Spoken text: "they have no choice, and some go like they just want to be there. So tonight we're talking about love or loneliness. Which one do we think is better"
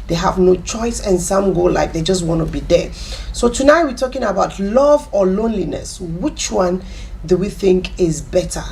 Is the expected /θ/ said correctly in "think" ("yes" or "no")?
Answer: yes